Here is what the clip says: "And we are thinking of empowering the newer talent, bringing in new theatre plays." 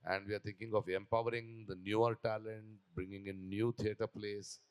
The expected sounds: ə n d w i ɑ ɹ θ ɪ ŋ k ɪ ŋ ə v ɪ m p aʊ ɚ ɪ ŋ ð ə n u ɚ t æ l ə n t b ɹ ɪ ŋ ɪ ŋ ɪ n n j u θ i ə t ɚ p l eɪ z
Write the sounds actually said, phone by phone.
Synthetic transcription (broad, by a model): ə n d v i ɑ ɹ t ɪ ŋ k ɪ ŋ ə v ɪ m p aʊ ɚ ɪ ŋ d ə n u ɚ t æ l ə n t b ɹ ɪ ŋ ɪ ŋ ɪ n n j u t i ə t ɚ p l eɪ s